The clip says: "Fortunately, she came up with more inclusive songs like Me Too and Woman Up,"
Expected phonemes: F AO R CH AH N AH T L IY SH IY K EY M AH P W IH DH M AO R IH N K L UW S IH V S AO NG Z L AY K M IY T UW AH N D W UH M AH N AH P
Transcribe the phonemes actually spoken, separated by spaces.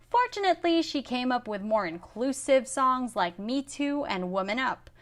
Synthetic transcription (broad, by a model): F AO R CH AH N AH T L IY SH IY K EY M AH P W IH DH M AO R IH N K L UW S IH V S AO NG Z L AY K M IY T UW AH N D W UH M AH N AH P